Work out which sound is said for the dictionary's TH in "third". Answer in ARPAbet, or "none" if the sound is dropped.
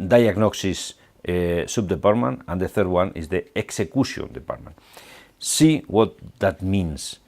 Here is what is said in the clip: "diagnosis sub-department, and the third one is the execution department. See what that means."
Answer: TH